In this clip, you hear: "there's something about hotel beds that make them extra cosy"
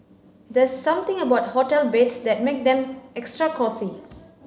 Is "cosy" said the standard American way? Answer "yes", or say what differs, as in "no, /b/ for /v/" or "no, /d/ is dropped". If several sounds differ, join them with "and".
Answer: no, /s/ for /z/